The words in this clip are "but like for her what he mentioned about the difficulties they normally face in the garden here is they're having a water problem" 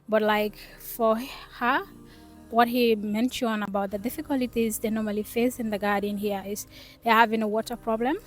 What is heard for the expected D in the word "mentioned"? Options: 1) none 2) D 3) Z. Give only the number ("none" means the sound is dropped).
1